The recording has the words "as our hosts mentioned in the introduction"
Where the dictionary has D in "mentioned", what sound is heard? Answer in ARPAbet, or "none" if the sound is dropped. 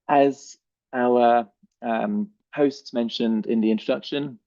D